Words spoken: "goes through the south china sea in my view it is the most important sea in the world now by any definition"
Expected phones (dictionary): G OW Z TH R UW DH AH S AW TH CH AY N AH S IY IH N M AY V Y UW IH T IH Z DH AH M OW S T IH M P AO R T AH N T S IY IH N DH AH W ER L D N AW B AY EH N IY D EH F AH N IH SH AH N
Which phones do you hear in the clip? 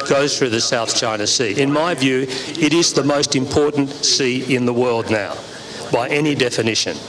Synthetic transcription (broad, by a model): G OW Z TH R UW DH AH S AW TH CH AY N AH S IY IH N M AY V Y UW IH T IH Z DH AH M OW S T IH M P AO R T N T S IY IH N DH AH W ER L D N AW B AY EH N IY D EH F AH N IH SH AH N